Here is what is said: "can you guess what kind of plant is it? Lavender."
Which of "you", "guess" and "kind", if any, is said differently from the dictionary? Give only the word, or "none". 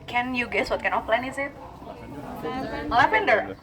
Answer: kind